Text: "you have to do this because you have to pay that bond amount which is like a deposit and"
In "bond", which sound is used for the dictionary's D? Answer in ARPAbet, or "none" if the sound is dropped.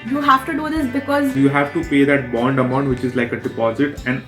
D